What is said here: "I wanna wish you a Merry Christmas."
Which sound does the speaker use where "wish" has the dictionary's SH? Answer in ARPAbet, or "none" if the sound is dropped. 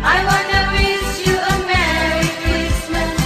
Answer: S